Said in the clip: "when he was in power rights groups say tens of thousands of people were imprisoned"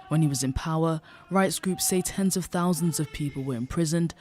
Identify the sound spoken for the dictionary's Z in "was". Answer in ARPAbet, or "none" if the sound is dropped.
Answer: Z